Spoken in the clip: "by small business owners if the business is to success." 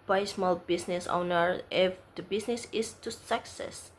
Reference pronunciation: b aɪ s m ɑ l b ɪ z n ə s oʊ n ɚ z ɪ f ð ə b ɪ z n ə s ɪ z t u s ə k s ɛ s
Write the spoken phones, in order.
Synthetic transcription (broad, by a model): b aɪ s m ɑ l b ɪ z n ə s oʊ n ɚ ɪ f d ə b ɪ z n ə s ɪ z t u s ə k s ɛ s